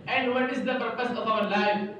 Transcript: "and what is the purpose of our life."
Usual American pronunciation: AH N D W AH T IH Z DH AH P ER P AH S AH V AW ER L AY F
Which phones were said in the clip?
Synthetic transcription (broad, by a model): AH N D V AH T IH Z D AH P ER P AH S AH F AW ER L AY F